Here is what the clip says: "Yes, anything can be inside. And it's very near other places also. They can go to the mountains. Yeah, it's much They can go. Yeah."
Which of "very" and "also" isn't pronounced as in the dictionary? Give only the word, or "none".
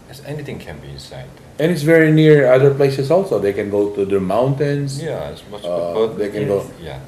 none